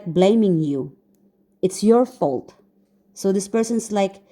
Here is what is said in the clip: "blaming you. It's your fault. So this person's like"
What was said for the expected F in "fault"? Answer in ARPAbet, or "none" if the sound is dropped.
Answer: F